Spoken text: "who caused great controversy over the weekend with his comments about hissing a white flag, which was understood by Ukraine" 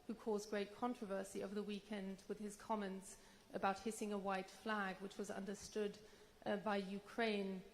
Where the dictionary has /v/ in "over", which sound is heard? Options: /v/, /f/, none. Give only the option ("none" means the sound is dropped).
/v/